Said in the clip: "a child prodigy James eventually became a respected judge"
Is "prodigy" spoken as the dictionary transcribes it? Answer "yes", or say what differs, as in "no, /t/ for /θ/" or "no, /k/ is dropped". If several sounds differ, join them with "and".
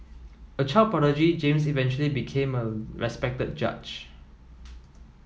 no, /ɹ/ is dropped